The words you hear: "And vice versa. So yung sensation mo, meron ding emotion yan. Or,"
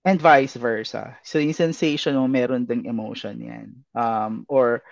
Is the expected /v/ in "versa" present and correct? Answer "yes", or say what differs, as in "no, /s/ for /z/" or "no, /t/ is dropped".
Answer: yes